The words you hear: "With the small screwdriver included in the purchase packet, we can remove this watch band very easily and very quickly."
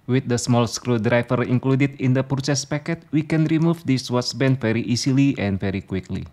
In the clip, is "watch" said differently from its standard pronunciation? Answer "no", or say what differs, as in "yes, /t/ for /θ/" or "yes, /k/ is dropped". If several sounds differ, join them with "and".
yes, /s/ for /tʃ/